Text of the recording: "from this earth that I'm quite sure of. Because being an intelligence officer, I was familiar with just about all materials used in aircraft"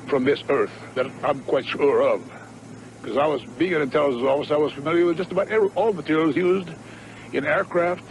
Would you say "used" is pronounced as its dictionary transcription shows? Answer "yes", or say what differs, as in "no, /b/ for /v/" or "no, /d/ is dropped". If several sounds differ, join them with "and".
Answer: yes